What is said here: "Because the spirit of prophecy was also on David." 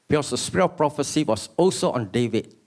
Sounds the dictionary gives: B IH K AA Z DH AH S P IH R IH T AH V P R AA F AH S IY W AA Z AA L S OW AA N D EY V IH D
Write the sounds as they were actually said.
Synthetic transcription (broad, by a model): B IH K AA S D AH S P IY R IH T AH P R AA F AH S IY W AA S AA L S OW AA N D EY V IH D